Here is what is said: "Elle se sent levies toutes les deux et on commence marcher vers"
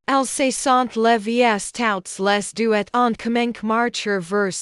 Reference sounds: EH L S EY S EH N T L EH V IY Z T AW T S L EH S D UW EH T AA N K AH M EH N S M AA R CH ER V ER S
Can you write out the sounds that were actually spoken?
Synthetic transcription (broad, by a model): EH L S EY S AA N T L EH V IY S T AW T S L EH S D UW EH T AA N K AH M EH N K M AA R CH ER V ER S